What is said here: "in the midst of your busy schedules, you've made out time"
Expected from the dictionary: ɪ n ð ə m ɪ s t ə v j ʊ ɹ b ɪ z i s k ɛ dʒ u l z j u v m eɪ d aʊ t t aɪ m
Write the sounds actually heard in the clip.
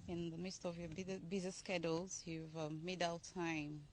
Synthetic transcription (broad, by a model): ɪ n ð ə m ɪ s t ə v j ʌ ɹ b ɪ z i s k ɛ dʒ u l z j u v m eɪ d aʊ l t aɪ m